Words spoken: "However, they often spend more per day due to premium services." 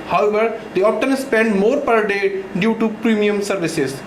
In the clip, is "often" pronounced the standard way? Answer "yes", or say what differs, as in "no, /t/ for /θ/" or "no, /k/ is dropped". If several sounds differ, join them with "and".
no, /p/ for /f/